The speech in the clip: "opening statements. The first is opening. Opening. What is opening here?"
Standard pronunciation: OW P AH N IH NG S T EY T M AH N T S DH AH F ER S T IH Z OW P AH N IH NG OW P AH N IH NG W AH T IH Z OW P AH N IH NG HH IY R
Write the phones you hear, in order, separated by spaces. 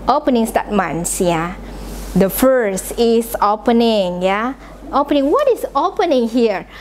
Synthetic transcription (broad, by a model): OW P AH N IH NG S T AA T M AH N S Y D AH F ER S T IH S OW P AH N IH NG OW P AH N IH NG W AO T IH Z OW P AH N IH NG HH IY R